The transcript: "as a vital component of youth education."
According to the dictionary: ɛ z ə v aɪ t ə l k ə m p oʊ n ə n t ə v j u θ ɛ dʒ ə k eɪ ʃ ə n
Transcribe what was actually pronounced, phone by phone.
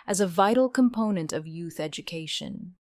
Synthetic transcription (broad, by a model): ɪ z ə v aɪ t l k ə m p oʊ n ə n t ə v j u θ ɛ dʒ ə k eɪ ʃ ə n